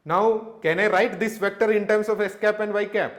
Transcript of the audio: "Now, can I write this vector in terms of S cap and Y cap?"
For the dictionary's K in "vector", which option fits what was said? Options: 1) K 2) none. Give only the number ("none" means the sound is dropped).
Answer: 1